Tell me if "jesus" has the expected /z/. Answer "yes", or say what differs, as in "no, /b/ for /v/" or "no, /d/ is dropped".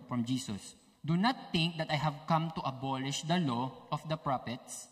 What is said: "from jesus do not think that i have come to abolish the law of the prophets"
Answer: no, /s/ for /z/